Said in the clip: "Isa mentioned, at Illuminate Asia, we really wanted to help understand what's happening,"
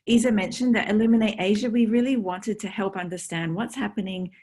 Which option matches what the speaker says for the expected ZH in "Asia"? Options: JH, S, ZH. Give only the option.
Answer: ZH